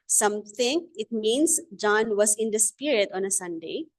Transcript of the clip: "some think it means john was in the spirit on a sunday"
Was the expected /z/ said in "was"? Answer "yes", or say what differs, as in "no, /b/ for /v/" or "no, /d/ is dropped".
no, /s/ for /z/